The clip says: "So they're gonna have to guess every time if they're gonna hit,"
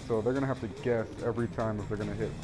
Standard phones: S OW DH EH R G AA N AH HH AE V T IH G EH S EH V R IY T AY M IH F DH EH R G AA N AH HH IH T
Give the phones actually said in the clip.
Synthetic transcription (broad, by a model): S OW DH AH R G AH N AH HH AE F T IH G EH S EH V R IY T AY M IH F DH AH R G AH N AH HH IH T